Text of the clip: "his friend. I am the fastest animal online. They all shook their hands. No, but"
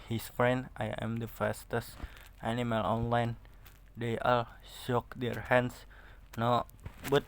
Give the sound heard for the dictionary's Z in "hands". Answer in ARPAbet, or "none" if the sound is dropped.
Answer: S